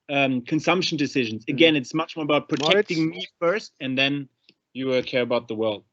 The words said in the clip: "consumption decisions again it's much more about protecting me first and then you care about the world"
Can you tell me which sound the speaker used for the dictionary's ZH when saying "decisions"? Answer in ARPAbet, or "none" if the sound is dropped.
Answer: ZH